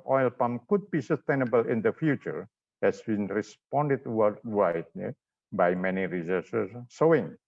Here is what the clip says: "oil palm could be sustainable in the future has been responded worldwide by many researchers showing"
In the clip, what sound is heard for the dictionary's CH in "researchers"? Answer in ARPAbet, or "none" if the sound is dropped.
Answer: S